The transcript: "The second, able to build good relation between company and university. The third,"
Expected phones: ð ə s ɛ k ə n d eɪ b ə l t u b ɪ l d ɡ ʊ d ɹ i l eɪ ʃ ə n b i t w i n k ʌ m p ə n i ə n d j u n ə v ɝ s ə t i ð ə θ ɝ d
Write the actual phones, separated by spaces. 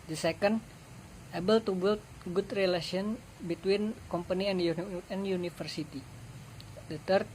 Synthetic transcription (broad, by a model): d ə s ɛ k ə n d eɪ b ə l t u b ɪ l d ɡ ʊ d ɹ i l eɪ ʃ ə n b i t w i n k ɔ m p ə n i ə n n j u n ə f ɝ s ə t i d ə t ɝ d